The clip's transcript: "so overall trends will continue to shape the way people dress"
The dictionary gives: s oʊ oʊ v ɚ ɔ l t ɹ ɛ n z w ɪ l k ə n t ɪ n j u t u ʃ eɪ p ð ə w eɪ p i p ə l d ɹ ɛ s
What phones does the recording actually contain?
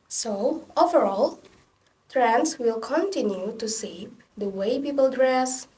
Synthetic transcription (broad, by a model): s oʊ oʊ v ɚ ɔ l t ɹ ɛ n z w ɪ l k ə n t ɪ n j u t u s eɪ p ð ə w eɪ p i p ə l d ɹ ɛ s